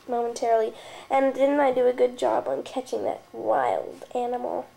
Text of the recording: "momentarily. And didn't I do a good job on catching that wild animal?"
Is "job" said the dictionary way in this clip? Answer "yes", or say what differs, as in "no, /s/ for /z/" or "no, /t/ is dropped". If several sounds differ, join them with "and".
yes